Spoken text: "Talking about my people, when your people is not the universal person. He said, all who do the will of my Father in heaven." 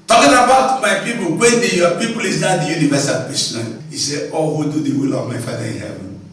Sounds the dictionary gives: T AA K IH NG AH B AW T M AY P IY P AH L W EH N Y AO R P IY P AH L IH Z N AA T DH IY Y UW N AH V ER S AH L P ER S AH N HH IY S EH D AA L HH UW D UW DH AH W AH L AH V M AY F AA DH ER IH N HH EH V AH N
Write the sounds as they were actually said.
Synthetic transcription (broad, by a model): T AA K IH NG AH B AW T M AY P IY P AH L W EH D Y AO P IY P AH L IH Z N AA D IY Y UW N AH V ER S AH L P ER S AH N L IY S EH AA L HH UW D UW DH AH W AH L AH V M AY F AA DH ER IH N HH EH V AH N